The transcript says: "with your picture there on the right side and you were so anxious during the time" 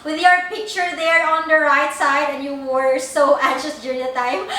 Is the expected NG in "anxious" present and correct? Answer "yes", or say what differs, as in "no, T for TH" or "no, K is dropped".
no, NG is dropped